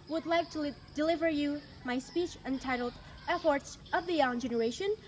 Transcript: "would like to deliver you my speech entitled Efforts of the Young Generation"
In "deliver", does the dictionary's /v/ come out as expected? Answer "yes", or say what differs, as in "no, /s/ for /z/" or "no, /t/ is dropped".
yes